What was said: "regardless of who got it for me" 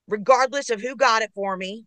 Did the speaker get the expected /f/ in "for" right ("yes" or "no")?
yes